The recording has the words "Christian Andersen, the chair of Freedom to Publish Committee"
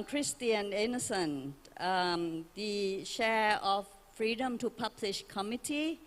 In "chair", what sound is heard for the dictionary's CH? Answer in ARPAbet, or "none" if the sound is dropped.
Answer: SH